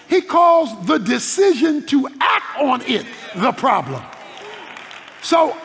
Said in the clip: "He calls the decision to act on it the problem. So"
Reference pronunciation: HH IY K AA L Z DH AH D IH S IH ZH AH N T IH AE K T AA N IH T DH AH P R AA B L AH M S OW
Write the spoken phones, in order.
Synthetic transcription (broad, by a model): HH IY K AA Z DH AH D IH S IH ZH AH N T IH AE K T N IH T DH AH P R AA B L AH M S OW